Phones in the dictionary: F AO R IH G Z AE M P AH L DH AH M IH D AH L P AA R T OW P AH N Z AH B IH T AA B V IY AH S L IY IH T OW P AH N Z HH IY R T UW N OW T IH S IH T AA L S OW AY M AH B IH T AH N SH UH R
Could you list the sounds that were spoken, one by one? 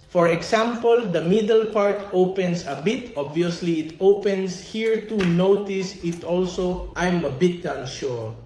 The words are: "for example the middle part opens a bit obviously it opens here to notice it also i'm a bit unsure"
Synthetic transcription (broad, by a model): F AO R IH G S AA M P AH L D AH M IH D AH L P AA R T OW P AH N S AH B IH T AA B V IY AH S L IY IH T OW P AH N S HH IY R T UW N OW T IH S IH T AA L S OW AY M AH B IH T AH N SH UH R